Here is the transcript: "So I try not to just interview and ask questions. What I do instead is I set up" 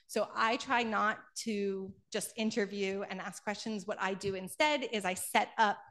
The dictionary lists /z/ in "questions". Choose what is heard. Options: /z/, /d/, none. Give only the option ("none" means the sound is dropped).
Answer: /z/